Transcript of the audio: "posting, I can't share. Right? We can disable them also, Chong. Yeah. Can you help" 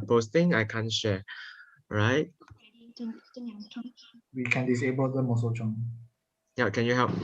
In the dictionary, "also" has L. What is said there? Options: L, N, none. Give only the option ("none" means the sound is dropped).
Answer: none